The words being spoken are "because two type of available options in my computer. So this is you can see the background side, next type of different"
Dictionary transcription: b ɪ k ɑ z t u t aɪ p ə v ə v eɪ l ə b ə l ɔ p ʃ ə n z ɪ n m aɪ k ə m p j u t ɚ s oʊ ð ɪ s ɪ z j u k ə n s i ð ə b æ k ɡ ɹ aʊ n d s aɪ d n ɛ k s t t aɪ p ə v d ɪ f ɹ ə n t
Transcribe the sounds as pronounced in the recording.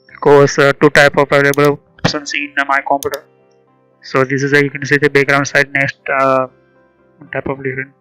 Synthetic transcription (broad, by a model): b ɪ k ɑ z t u t aɪ p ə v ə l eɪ ə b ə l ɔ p s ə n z ɪ n m aɪ k ə m p j u t ɚ s oʊ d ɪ s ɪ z j u k ə n s i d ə b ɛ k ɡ ɹ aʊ n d s aɪ d n ɛ k s t t aɪ p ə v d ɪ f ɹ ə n